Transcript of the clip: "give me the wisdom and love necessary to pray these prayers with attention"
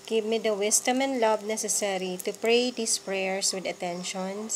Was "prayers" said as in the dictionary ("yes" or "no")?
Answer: no